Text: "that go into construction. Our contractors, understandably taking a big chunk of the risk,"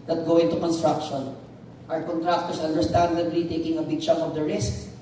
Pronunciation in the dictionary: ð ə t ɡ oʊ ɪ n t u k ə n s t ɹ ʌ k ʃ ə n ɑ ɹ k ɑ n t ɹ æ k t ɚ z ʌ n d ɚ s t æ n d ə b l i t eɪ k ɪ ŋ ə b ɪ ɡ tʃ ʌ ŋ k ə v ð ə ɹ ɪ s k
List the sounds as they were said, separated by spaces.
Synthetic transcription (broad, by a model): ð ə t ɡ oʊ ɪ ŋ t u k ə n s t ɹ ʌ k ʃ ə n ɑ ɹ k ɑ n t ɹ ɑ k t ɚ s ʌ n d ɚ s t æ n d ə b l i t eɪ k ɪ ŋ ə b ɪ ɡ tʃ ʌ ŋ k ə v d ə ɹ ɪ s k